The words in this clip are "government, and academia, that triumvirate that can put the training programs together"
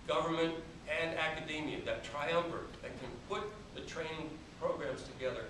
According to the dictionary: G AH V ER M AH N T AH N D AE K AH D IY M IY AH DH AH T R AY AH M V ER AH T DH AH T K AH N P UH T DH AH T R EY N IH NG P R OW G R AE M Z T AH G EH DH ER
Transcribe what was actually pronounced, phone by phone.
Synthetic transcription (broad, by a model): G AH V ER M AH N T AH N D AE K AH D IY M IY AH DH AH T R AY AH M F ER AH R DH AH T K AH N P UH T DH AH T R EY IH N P R OW G R AE M Z T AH G EH DH ER